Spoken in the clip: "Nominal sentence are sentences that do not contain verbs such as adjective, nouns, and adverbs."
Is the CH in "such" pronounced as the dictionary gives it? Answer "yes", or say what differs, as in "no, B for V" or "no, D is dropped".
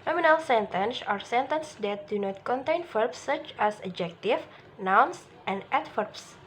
yes